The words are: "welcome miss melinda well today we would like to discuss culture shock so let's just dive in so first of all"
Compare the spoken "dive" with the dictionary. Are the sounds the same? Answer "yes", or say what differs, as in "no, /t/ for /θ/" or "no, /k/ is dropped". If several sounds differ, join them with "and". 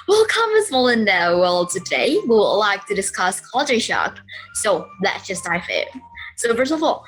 no, /f/ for /v/